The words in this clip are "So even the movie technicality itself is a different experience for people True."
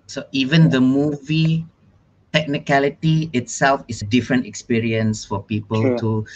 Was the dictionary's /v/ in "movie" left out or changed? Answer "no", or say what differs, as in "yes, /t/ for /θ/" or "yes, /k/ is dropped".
no